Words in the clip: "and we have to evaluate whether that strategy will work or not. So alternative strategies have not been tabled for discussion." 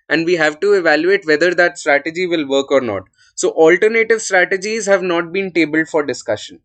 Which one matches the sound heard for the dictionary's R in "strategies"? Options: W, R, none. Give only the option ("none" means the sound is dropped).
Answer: R